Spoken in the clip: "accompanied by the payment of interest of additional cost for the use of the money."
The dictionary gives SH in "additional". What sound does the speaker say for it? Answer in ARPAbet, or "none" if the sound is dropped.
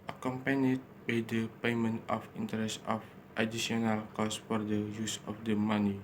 none